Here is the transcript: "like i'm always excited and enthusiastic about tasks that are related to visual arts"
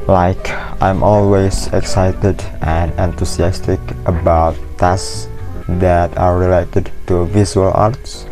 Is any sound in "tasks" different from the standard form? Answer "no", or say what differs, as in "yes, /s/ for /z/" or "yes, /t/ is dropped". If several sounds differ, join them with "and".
yes, /k/ is dropped